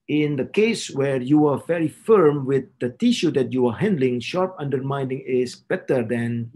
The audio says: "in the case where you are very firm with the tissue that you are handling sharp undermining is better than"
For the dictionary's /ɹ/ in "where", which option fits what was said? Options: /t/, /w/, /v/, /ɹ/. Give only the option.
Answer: /ɹ/